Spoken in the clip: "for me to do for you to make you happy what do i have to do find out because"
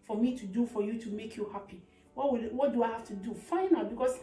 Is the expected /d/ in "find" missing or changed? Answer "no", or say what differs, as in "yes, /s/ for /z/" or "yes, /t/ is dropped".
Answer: yes, /d/ is dropped